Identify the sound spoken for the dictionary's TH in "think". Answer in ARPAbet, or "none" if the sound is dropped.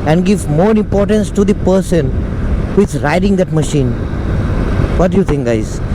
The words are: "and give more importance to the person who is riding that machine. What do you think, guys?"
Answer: T